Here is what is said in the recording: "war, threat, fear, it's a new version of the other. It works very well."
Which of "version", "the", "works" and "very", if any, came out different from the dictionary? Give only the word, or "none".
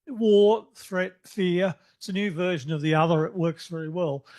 none